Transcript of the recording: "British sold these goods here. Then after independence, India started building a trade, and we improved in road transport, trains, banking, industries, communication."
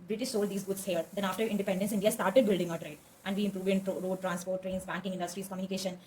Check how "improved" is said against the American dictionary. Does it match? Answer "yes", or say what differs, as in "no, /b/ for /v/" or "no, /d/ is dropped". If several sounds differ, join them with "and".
yes